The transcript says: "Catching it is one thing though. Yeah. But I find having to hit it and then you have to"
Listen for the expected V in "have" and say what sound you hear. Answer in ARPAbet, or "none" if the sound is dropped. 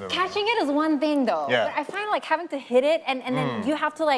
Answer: F